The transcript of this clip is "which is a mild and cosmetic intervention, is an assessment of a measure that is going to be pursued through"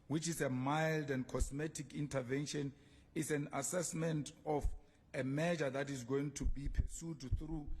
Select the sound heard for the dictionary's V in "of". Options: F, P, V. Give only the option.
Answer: F